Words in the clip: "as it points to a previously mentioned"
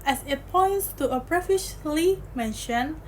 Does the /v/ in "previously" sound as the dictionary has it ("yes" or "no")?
no